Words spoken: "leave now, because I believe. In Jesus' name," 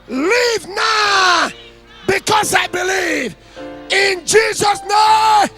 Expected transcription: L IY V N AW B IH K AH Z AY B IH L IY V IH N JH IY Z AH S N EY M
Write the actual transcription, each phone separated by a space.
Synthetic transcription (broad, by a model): L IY V N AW B IH K AH Z AY B IH L IY V IH N JH IY Z AH S N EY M